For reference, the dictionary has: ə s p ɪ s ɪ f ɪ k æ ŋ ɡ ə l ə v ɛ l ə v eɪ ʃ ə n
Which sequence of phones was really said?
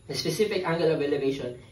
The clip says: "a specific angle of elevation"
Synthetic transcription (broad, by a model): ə s p ɪ s ɪ f ɪ k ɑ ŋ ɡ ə l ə b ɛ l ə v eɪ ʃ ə n